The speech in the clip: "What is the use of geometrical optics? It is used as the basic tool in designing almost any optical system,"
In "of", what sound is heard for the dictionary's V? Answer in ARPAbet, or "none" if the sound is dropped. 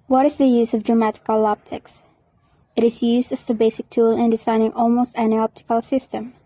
V